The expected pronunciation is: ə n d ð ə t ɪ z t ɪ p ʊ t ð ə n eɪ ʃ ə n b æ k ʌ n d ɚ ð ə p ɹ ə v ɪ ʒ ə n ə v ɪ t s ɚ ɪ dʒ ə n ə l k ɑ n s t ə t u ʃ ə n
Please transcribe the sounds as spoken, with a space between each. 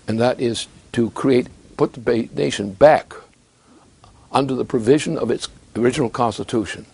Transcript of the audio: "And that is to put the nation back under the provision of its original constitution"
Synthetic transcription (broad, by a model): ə n ð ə t ɪ z t ɪ p ʊ t ð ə n eɪ ʃ ə n b æ k ʌ n d ɚ ð ə p ɹ ə v ɪ ʒ ə n ə v ɪ t s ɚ ɪ dʒ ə n l k ɑ n s t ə t u ʃ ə n